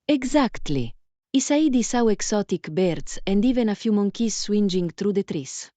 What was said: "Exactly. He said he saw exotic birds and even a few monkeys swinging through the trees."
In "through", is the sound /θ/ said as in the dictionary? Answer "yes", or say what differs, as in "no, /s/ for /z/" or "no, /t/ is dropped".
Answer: no, /t/ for /θ/